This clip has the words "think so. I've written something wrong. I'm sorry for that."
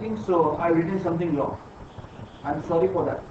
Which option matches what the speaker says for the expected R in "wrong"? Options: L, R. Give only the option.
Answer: L